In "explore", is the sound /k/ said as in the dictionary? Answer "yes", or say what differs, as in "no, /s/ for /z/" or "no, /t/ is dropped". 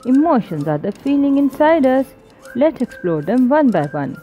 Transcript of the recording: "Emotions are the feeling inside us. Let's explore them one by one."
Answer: yes